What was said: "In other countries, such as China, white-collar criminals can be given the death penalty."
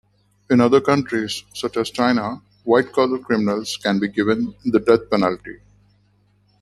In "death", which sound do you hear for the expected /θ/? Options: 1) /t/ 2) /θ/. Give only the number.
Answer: 1